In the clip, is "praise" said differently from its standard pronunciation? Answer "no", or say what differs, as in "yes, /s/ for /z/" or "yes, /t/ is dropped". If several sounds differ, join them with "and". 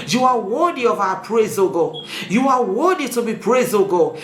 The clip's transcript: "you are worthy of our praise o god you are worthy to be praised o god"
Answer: no